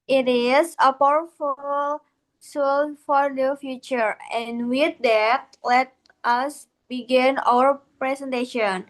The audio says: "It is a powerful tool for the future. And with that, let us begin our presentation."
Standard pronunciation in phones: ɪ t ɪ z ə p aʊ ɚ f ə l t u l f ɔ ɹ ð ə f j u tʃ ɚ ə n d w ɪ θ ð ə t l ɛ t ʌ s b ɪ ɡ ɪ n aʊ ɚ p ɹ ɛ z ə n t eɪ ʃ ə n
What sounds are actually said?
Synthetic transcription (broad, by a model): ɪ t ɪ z ə p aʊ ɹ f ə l s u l f ɔ ɹ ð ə f j u tʃ ɚ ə n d w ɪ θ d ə t l ɛ t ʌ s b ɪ ɡ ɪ n aʊ ɚ p ɹ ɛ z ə n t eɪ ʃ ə n